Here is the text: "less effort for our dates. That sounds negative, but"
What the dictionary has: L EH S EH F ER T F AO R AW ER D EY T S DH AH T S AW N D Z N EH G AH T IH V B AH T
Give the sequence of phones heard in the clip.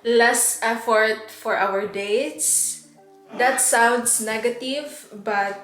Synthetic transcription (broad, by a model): L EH S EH F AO T F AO R AW ER D EY T S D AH T S AW N D S N EH G AH T IH V B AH T